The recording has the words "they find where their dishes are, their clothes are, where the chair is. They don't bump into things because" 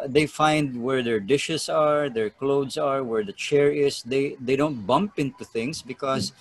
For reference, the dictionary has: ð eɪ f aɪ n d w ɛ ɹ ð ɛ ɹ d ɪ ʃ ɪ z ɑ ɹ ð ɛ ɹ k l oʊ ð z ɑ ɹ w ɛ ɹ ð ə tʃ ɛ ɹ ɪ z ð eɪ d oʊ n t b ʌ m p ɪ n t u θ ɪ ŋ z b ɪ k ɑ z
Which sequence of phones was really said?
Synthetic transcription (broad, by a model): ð eɪ f aɪ n d w ɛ ɹ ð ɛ ɹ d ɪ ʃ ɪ s ɑ ɹ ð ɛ ɹ k l oʊ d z ɑ ɹ w ɛ ɹ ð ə tʃ ɛ ɹ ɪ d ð eɪ d oʊ n t b ʌ m p ɪ n t u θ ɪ ŋ s b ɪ k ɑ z